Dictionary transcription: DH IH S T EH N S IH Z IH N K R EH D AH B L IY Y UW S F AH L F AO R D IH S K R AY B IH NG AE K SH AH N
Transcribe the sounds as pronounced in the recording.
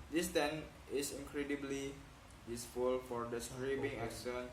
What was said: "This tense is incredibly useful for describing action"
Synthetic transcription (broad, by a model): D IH S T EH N IH S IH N K R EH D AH B L IY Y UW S F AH L F AO R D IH S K R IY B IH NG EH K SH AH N